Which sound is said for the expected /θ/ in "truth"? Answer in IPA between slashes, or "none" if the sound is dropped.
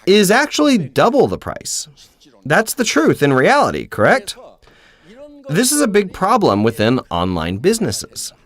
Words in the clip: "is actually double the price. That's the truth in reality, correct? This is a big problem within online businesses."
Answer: /θ/